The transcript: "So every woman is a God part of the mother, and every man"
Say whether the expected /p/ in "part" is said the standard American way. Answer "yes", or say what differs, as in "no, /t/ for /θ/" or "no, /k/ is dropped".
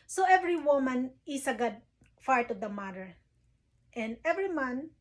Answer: no, /f/ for /p/